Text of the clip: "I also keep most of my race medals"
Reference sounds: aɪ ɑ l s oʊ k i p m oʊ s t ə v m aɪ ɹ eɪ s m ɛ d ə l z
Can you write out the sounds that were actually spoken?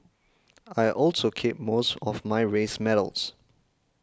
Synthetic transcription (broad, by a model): aɪ ɑ l s oʊ k i p m oʊ s t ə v m aɪ ɹ eɪ s m ɛ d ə l s